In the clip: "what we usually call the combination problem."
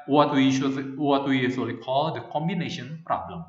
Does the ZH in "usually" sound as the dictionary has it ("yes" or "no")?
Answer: no